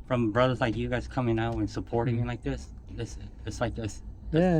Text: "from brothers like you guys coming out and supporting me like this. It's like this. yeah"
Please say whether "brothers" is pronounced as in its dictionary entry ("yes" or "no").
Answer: yes